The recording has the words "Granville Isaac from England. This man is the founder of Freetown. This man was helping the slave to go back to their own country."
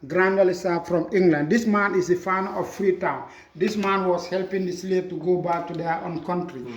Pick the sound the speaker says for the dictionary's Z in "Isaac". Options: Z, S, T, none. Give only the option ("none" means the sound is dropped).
S